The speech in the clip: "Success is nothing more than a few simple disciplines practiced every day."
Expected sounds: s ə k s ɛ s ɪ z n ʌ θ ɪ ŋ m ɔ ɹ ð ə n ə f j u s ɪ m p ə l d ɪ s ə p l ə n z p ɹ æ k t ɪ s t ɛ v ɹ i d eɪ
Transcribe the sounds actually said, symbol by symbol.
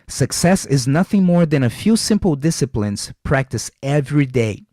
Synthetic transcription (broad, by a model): s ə k s ɛ s ɪ z n ʌ θ ɪ ŋ m ɔ ɹ ð ə n ə f j u s ɪ m p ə l d ɪ s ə p l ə n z p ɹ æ k t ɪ s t ɛ v ɹ i d eɪ